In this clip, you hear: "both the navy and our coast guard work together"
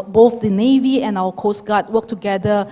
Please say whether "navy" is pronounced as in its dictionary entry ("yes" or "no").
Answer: yes